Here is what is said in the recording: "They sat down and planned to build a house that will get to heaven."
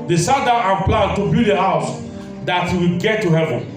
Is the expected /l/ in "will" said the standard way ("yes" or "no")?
no